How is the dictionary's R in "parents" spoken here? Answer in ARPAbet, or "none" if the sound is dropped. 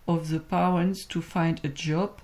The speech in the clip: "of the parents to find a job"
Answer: W